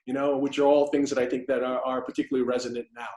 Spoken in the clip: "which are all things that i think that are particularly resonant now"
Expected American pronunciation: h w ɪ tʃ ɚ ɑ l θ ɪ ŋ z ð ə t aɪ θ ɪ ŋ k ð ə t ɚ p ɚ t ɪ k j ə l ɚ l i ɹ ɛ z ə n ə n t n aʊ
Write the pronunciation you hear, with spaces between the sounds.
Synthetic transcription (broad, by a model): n w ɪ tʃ ɚ ɑ l θ ɪ ŋ z ð ə t aɪ θ ɪ ŋ k ð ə t ɚ p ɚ t ɪ k j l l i ɹ ɛ z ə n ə n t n aʊ